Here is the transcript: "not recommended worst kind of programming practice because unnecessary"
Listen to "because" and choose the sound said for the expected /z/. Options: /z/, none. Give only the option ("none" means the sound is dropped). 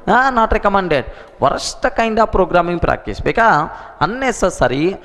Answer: none